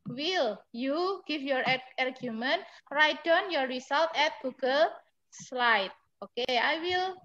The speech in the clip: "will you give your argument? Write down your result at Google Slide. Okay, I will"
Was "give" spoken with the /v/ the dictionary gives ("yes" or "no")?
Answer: no